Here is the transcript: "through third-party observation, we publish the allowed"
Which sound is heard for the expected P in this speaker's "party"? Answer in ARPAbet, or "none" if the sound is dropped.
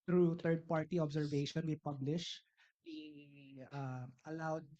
P